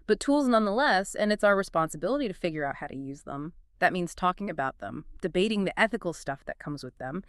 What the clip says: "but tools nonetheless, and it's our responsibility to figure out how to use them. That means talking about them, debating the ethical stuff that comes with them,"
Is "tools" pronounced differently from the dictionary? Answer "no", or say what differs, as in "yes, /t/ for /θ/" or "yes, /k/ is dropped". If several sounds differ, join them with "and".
no